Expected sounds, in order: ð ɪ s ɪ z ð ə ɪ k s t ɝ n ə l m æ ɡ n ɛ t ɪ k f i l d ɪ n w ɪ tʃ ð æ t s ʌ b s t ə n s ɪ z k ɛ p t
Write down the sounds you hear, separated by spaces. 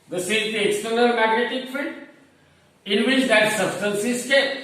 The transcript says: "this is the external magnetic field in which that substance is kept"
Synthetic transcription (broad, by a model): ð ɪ s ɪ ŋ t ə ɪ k s t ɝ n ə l m æ ɡ n ɛ t ɪ k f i d ɪ n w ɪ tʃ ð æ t s ʌ b s t ə n s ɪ s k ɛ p